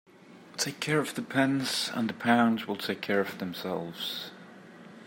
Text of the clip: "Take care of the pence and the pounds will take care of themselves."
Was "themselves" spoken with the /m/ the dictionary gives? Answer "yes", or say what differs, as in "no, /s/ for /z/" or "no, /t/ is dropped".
yes